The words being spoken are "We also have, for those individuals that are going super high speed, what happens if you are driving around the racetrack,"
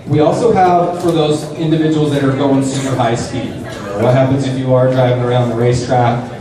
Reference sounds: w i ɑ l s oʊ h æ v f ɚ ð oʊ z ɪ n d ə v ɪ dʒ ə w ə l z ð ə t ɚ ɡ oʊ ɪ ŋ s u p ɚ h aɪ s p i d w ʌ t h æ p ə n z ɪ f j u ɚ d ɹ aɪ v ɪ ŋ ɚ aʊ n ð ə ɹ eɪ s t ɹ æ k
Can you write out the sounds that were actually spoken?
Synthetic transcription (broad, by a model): w i ɑ l s oʊ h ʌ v f ɚ ð oʊ z ɪ n d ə v ɪ dʒ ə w l z ð ə t ɚ ɡ oʊ ɪ ŋ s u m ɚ h aɪ s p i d w ʌ t h æ p ə n z ɪ f j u ɚ d ɹ aɪ v ɪ ŋ ɚ aʊ n ð ə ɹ eɪ s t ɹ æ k